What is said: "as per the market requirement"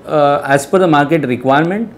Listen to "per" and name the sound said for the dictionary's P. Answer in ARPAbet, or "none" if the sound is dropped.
F